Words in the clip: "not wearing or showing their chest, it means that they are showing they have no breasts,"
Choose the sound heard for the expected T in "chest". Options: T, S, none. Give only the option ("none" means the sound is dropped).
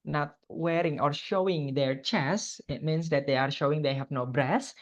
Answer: none